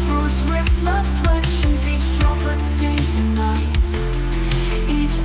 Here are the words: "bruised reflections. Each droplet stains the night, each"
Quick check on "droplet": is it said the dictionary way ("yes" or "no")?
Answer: no